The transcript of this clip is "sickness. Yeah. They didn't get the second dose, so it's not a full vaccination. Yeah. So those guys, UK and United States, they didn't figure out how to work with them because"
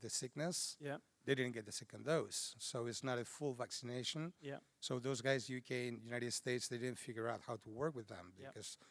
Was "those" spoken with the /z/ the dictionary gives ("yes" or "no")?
yes